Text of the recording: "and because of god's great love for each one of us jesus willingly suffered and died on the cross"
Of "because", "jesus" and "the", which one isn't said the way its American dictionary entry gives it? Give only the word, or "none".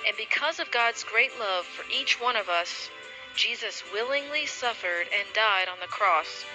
none